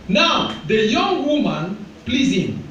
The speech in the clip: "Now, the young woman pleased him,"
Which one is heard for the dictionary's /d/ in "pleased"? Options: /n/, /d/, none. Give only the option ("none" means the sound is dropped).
none